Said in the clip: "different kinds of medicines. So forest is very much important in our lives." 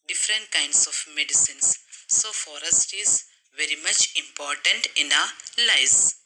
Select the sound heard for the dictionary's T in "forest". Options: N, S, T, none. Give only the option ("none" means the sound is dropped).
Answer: T